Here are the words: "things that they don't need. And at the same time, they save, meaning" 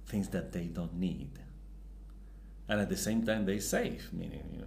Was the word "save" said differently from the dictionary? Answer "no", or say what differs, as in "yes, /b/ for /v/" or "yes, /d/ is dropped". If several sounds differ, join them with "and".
yes, /f/ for /v/